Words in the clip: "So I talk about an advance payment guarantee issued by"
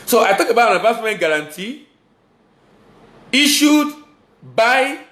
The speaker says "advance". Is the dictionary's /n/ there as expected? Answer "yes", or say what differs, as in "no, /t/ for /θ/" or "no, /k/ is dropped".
no, /n/ is dropped